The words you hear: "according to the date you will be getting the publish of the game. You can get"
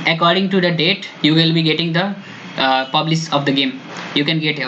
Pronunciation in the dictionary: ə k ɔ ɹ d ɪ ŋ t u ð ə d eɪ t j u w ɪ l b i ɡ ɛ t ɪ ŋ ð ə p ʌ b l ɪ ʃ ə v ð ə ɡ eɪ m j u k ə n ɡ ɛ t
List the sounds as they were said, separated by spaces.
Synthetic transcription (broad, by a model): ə k ɔ ɹ d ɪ ŋ t u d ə d eɪ t j u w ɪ l b i ɡ ɛ t ɪ ŋ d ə p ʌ b l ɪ s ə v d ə ɡ eɪ m j u k ə n ɡ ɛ t